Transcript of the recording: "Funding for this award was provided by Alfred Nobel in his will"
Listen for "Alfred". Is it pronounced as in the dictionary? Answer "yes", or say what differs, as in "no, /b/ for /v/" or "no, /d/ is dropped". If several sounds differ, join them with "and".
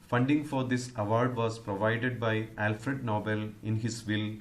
yes